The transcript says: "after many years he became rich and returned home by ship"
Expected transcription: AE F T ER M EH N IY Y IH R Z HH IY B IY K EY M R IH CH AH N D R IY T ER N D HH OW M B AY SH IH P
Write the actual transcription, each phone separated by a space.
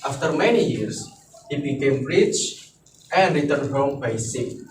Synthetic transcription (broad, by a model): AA F T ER M EH N IY Y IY R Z HH IY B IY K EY M R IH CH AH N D R IY T ER N D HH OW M B AY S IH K